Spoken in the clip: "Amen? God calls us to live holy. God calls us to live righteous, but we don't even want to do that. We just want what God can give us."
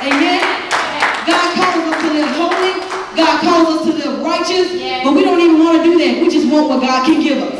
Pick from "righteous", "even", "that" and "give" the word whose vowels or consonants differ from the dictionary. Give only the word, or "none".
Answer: none